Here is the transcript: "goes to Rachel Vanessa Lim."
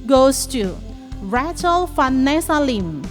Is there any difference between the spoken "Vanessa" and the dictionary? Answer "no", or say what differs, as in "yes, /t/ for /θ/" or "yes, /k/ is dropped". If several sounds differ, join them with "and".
yes, /f/ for /v/